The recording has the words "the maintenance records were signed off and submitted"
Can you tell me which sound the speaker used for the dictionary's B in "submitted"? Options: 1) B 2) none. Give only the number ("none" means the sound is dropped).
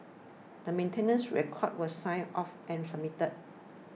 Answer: 2